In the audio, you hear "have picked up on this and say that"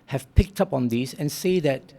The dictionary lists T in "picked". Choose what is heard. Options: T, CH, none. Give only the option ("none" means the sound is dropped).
T